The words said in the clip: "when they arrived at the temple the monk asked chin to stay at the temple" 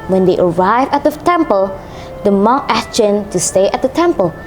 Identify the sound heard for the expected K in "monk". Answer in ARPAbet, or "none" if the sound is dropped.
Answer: none